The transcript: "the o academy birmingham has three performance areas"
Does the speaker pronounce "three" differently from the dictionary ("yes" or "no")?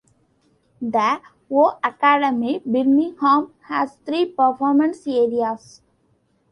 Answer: yes